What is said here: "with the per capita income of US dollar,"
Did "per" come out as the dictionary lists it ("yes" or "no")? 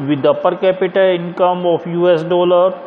yes